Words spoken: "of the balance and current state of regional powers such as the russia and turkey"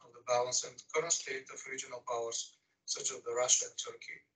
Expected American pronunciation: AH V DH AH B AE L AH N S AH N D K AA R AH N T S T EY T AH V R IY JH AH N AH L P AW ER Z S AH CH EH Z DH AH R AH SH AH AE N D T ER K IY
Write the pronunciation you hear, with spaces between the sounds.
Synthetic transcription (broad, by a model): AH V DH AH B AE L AH N S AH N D K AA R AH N S T EY T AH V R IY JH AH N AH L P AW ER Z S AH CH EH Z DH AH R AH SH AH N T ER K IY